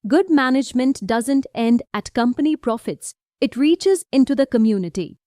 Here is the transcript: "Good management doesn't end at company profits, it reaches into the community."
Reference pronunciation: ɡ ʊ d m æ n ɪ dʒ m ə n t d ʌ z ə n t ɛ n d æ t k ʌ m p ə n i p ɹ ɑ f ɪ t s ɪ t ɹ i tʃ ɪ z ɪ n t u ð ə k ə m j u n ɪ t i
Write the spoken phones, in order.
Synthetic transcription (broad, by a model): ɡ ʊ d m æ n ɪ dʒ m ə n t d ʌ z ə n t ɛ n d æ t k ʌ m p ə n i p ɹ ɑ f ɪ t s ɪ t ɹ i tʃ ɪ z ɪ n t u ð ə k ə m j u n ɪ t i